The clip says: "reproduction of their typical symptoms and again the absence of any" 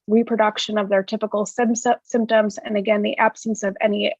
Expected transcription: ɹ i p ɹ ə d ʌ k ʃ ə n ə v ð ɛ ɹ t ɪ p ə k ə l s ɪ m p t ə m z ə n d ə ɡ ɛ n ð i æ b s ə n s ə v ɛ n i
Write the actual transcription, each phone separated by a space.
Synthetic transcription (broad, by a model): ɹ i p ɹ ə d ʌ k ʃ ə n ə v ð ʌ ɹ t ɪ p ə k l s ɪ m p t ə m z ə n ə ɡ ɛ n ð i æ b s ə n s ə v ɛ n i